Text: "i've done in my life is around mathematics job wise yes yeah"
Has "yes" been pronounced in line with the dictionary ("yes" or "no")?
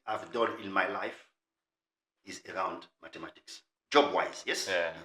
yes